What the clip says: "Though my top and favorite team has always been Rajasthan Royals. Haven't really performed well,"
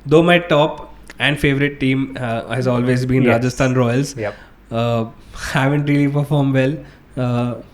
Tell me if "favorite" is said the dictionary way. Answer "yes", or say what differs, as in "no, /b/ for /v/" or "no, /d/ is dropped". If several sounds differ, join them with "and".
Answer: yes